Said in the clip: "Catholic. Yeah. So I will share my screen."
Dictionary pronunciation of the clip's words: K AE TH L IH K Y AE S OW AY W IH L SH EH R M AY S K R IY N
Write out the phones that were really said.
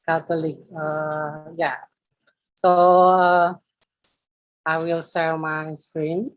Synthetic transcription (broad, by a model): K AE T L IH K Y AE S OW AY W IH L S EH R M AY S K R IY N